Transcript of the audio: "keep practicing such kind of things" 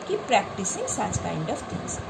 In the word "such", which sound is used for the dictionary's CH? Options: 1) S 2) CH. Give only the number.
1